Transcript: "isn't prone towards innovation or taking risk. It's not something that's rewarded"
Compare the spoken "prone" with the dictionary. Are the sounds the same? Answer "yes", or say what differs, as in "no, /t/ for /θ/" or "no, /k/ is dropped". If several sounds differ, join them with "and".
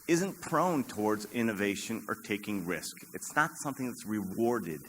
yes